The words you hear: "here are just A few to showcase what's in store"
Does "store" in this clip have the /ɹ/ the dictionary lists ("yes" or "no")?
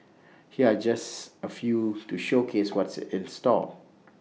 no